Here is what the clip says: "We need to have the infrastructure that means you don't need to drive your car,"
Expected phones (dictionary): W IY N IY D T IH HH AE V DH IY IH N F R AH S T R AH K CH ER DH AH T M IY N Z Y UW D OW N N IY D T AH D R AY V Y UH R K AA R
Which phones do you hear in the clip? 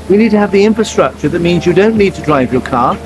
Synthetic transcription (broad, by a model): W IY N IY D T IH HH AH V DH IY IH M F R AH S T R AH K CH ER DH AH T M IY N Z Y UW D OW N N IY D T AH D R AY V Y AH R K AA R